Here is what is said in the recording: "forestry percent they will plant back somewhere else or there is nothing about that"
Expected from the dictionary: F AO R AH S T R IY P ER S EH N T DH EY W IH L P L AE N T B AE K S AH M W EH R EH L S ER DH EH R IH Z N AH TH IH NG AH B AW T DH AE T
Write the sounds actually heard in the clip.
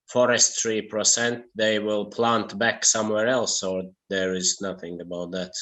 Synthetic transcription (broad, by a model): F AO R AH S T R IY P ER S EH N T DH EY W IH L P L AE N T B AE K S AH M W EH R EH L S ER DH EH R IH Z N AH TH IH NG AH B AW T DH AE T